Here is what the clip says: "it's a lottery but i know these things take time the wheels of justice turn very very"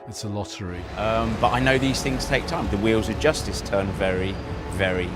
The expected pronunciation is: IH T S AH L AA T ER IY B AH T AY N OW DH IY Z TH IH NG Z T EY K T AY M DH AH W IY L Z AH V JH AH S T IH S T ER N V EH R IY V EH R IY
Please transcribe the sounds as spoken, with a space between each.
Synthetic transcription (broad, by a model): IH T S AH L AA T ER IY B AH T AY N OW DH IY Z TH IH NG Z T EY K T AY M DH AH W IY L Z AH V JH AH S T IH S T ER N V EH R IY V EH R IY